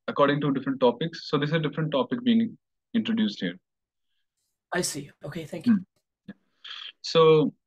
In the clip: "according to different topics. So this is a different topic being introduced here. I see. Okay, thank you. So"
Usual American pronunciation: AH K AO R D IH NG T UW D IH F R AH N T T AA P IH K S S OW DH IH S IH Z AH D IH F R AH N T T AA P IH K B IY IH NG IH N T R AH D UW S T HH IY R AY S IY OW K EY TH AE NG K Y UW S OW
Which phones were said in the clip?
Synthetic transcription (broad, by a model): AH K AO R D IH NG T UW D IH F R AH N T T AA P IH K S S OW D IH S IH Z AH D IH F R AH N T T AA P IH K B IY IH NG IH N T R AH D UW S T HH IY R AY S IY OW K EY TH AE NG K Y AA S OW